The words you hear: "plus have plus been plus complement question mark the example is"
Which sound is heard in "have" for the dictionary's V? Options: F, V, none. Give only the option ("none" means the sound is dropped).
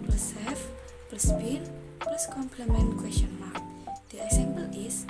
F